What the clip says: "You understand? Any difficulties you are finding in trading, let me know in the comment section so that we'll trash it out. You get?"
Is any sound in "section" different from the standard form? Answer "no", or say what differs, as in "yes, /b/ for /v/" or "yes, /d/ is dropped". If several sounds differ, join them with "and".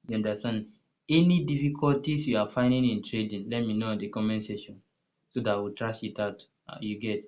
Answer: yes, /k/ is dropped